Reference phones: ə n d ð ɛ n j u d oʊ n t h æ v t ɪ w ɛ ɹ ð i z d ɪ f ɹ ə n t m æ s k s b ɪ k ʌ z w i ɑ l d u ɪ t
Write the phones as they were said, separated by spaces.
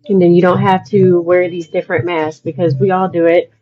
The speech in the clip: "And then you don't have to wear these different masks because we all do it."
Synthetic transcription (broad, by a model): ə n ð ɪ n j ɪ d oʊ n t h æ f t ɪ w ɛ ɹ ð i z d ɪ f ɹ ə n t m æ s s b ɪ k ʌ z w i ɑ l d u ɪ t